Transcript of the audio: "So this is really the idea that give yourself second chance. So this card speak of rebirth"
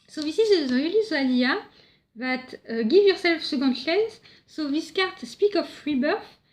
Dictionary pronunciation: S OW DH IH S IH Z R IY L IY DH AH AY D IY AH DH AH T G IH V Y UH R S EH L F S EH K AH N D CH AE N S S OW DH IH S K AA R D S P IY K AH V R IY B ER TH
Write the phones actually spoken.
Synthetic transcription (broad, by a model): S OW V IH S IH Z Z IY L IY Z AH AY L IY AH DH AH T G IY V Y UH R S EH L F S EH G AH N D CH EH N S S OW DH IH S K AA R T S P IY K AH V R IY B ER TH